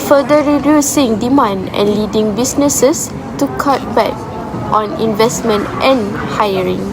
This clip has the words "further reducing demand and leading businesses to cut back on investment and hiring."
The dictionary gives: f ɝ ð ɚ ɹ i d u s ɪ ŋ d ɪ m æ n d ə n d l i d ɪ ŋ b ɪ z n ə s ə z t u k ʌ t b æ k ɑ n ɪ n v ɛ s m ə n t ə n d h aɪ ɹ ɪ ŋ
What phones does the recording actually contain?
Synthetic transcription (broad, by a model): f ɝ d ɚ ɹ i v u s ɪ ŋ d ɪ m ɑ n d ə n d l i d ɪ ŋ b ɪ s n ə s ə s t u k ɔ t b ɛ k ɑ n ɪ n v ɛ s m ə n t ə n h aɪ ɹ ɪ ŋ